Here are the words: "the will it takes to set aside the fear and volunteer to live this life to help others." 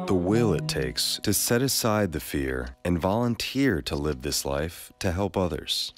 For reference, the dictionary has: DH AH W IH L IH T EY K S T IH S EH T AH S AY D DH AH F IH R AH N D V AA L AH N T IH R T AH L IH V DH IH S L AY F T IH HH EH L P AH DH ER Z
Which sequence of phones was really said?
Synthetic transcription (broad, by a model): DH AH W IH L IH T EY K S T IH S EH T AH S AY D DH AH F IH R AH N V AA L AH N T IH R T AH L IH V DH IH S L AY F T IH HH EH L P AH DH ER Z